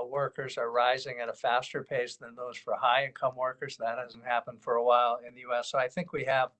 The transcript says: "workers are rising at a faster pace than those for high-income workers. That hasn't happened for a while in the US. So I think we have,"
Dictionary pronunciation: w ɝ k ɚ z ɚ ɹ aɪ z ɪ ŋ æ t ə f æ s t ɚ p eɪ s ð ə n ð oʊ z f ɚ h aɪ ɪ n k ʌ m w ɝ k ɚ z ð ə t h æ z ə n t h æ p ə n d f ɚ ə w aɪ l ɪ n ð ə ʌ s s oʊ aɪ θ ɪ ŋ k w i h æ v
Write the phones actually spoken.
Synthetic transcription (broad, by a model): w ɝ k ɚ z ɚ ɹ aɪ z ɪ ŋ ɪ t ə f æ s t ɚ p eɪ s ð ə n ð oʊ z f ɚ h aɪ ɪ n k ʌ m w ɝ k ɚ z ð ə t h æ z n t h æ p ə n d f ɚ ə w aɪ l ɪ n ð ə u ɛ s oʊ aɪ θ ɪ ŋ k w i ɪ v